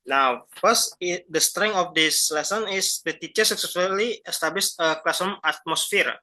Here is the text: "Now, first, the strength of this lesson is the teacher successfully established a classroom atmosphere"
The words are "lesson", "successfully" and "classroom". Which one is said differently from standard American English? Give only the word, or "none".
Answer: classroom